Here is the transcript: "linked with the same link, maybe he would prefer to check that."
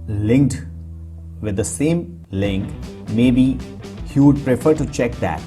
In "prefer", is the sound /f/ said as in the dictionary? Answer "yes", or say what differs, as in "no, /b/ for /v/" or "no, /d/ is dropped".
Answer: yes